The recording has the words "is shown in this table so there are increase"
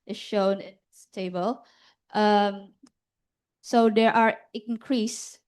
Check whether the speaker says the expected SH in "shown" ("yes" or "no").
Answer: yes